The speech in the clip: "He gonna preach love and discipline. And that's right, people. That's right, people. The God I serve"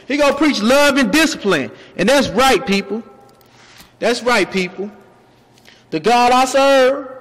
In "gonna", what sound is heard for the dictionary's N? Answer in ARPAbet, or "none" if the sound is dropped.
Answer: none